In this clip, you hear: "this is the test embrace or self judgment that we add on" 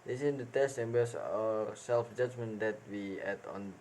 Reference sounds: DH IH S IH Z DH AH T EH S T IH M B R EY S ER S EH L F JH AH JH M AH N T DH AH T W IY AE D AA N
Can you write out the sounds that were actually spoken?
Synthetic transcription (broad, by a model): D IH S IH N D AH T EH S T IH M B EY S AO S EH L F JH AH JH M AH N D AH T W IY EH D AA N